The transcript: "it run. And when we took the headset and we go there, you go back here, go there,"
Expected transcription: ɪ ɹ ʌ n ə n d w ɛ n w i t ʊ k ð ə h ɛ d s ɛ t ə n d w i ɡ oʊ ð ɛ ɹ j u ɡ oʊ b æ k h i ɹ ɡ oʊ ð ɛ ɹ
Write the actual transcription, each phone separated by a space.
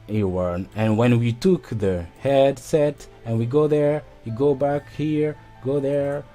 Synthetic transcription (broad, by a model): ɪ w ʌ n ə n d w ɛ n w i t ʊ k ð ə h ɛ d s ɛ t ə n w i ɡ oʊ ð ɛ ɹ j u ɡ oʊ b æ k h i ɹ ɡ oʊ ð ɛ ɹ